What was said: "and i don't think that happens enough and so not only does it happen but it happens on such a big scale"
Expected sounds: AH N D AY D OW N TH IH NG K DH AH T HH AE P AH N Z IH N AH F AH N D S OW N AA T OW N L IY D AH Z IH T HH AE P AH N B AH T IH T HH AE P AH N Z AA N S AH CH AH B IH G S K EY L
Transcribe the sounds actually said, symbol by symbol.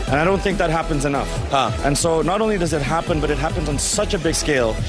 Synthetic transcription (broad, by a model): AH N AY D OW N TH IH NG K DH AH T HH AE P AH N Z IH N AH F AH N S OW N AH T OW N L IY D AH Z IH T HH AE P AH N B AH T IH T HH AE P AH N Z N S AH CH AH B IH G S K EY L